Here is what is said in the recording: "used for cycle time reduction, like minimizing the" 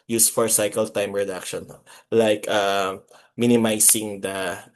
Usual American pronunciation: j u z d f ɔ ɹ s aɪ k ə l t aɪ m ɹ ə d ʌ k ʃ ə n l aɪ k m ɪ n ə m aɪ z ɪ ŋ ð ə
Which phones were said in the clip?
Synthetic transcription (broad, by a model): j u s f ɔ ɹ s aɪ k ə l t aɪ m ɹ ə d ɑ k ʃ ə n l aɪ k m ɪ n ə m aɪ s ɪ ŋ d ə